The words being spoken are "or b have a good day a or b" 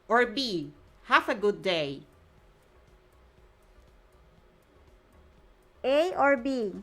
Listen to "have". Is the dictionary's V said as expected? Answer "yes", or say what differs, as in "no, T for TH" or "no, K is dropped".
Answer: no, F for V